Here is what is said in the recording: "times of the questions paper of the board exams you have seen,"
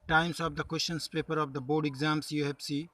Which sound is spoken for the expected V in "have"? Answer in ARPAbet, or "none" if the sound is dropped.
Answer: B